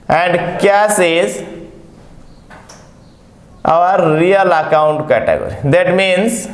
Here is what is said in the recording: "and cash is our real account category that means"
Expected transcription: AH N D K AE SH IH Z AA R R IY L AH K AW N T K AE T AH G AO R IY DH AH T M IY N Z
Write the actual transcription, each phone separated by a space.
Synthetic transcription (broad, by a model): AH N D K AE S IH Z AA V R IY L AH K AW N T K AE T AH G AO R IY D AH T M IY N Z